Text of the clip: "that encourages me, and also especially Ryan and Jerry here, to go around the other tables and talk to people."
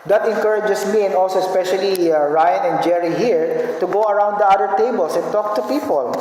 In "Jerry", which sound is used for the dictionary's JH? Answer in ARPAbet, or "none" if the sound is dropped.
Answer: JH